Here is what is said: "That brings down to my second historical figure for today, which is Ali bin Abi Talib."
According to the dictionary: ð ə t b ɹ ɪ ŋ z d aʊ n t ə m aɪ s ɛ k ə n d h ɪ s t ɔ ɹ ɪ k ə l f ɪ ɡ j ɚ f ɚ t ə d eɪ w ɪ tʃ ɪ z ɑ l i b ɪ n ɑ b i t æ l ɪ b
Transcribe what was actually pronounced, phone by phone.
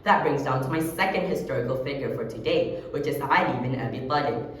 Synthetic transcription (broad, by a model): ð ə t b ɹ ɪ ŋ z d aʊ n t ə m aɪ s ɛ k ə n d h ɪ s t ɔ ɹ ɪ k ə l f ɪ ɡ j ɚ f ɚ t ə d eɪ w ɪ tʃ ɪ z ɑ n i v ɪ n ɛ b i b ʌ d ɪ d